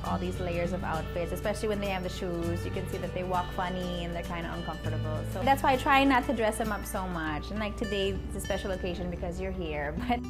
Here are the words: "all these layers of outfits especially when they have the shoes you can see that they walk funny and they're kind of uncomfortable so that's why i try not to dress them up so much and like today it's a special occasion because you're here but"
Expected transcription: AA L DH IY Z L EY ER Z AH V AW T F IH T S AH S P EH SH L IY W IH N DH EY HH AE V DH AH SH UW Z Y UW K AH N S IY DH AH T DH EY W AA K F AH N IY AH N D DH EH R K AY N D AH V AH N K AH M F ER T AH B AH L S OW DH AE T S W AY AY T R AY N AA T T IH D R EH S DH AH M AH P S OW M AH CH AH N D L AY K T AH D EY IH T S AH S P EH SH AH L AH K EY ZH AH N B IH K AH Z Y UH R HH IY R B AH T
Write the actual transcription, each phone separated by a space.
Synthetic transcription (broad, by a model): AA L DH IY Z L EY ER Z AH V AW T F IH T S AH S P EH SH L IY W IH N DH EY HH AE V DH AH SH UW Z Y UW K AH N S IY DH AH T DH EY W AA K F AH N IY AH N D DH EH R K AY N D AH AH N K AH M F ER T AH B L S OW DH AE T S W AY AY T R AY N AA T T IH D R EH S DH AH M AH P S OW M AH CH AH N L AY K T AH D EY IH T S AH S P EH SH L AH K EY ZH AH N B IH K AH Z Y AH R HH IY R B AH T